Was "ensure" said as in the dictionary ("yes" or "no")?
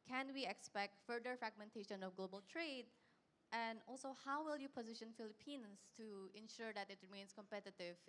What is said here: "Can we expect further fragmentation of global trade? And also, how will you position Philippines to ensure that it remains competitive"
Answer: yes